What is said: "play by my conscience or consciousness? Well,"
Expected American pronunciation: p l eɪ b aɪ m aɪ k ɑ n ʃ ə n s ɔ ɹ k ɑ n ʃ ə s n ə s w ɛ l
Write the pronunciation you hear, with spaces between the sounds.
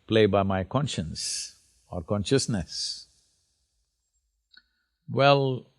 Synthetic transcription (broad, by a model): p l eɪ b aɪ m aɪ k ɑ n ʃ ə n s ɔ ɹ k ɑ n ʃ ə s n ə s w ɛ l